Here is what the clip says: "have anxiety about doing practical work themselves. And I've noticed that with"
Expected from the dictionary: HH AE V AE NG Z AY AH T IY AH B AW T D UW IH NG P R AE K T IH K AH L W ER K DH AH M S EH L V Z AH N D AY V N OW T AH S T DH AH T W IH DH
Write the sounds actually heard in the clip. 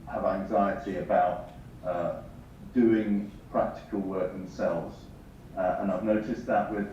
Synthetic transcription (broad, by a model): HH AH V AE NG Z AY AH T IY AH B AW T D UW IH NG P R AE K T IH K AH L W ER K DH AH M S EH L V Z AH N AY V N OW T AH S DH AH T W IH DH